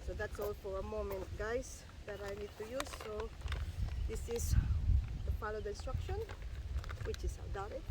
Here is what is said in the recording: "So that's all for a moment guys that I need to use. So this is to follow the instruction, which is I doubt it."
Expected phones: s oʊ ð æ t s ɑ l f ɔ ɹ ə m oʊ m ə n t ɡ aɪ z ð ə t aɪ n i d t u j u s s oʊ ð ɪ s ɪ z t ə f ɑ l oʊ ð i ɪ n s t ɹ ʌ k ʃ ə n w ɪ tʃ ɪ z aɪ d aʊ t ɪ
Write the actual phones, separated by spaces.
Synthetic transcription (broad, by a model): s oʊ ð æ t s ɑ l f ɔ ɹ ə m oʊ m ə n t ɡ aɪ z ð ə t aɪ n i d t u j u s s oʊ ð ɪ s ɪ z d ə p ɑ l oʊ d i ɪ n s t ɹ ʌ k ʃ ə n w ɪ tʃ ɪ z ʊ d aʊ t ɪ